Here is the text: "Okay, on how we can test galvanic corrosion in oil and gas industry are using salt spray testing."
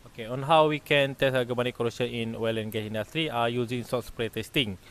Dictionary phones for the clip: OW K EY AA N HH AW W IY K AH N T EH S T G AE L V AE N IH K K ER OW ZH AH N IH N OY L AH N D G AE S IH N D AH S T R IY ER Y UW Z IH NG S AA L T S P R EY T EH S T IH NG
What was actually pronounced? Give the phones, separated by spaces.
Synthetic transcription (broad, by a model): OW K EY AA N HH AW W IY K AH N T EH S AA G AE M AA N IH K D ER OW SH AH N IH N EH L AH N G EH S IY N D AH S T R IY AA Y UW Z IH NG S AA T S P R EY T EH S T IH NG